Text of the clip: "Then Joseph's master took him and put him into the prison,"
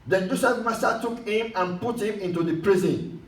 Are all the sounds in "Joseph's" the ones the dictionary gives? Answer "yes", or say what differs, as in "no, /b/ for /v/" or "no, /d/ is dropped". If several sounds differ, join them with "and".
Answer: no, /s/ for /z/ and /s/ is dropped